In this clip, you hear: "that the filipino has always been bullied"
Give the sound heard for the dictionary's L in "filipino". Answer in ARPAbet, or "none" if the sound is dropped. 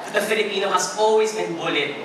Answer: L